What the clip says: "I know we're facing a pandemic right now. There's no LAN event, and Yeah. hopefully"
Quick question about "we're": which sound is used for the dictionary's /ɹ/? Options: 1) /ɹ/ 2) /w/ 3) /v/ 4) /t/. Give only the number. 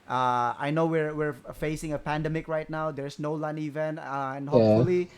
1